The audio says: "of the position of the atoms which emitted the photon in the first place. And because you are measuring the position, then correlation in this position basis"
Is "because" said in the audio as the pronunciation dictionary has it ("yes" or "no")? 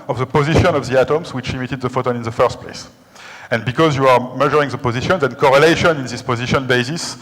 yes